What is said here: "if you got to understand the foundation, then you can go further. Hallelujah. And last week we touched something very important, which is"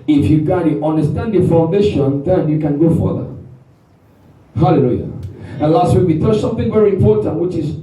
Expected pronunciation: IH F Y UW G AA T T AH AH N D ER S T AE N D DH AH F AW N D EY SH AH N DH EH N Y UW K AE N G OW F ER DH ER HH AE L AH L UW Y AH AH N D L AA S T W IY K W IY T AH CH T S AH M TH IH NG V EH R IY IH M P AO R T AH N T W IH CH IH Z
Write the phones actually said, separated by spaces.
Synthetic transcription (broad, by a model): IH F Y UW G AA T T AH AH N D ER S T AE N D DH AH F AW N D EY SH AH N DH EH N Y UW K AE N G OW F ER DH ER HH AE L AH L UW Y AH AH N L AA S T W IY K W IY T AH S AH M TH IH NG V EH R IY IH M P AO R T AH N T W IH CH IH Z